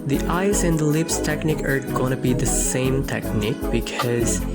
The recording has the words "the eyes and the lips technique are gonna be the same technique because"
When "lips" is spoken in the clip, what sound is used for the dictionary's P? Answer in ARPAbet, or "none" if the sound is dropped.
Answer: P